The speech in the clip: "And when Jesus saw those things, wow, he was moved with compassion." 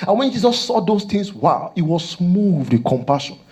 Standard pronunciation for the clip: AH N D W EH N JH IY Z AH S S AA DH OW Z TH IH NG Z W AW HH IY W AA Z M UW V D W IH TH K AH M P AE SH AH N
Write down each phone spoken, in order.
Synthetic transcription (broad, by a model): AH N W EH N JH IY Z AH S S AA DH OW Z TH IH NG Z W AW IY W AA S M UW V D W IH K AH M P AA SH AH N